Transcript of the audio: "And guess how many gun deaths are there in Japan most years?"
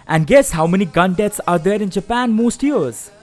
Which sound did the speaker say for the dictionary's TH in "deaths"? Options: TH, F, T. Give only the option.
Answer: T